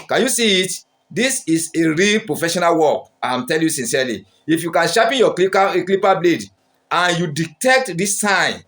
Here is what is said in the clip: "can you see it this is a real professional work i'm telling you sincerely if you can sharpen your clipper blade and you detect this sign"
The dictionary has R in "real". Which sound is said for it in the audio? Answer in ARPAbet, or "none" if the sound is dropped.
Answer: R